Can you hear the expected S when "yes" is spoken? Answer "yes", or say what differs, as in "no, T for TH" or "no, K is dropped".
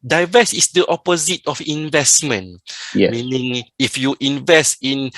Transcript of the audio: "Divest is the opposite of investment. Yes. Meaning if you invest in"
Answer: no, S is dropped